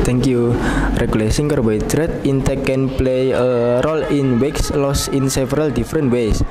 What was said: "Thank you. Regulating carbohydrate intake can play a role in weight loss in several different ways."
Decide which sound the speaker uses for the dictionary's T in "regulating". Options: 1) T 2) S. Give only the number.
2